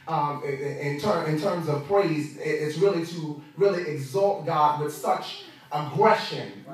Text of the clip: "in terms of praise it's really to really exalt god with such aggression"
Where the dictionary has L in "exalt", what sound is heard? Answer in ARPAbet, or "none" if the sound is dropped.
L